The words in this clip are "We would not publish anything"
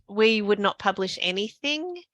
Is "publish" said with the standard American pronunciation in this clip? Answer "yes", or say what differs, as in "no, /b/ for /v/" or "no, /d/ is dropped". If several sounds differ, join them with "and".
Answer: yes